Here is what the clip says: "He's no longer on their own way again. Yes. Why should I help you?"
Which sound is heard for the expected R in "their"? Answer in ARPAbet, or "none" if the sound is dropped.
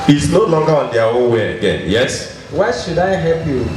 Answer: W